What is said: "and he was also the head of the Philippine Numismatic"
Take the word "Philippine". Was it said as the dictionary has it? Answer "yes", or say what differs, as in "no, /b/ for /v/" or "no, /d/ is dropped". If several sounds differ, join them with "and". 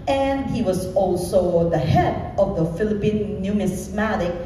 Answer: yes